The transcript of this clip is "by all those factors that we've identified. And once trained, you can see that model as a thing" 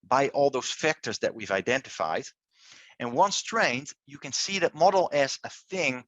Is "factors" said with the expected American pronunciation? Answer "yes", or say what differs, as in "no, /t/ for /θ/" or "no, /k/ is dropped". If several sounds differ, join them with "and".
yes